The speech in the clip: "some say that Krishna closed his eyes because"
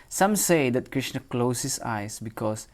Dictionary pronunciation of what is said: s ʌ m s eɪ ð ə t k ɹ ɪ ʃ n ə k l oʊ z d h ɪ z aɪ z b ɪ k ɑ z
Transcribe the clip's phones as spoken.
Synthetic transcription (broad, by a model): s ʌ m s eɪ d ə t k ɹ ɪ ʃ n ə k l oʊ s h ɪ s aɪ s b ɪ k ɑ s